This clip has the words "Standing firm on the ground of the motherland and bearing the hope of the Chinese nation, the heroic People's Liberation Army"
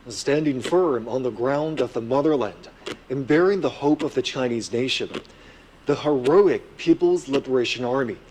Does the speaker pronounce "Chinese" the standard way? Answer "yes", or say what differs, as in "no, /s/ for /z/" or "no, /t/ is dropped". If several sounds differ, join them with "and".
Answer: yes